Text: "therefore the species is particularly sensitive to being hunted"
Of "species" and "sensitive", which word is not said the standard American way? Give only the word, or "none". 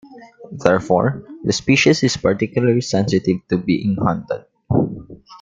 species